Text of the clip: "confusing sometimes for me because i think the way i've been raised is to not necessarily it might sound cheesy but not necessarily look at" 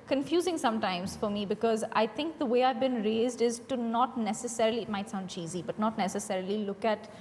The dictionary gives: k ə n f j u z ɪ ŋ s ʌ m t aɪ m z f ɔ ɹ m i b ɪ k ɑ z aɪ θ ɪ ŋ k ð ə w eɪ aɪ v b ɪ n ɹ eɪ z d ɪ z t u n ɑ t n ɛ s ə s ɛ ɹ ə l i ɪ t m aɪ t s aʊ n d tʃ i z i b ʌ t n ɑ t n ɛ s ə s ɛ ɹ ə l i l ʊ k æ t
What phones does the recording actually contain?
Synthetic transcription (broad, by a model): k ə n f j u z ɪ ŋ s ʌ m t aɪ m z f ɔ ɹ m i b ɪ k ɑ z aɪ t ɪ ŋ k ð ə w eɪ aɪ v b ɪ n ɹ eɪ z d ɪ z t u n ɑ t n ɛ s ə s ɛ ɹ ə l i ɪ t m aɪ t s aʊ n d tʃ i z i b ʌ t n ɑ t n ɛ s ə s ɛ ɹ ə l i l ʊ k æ t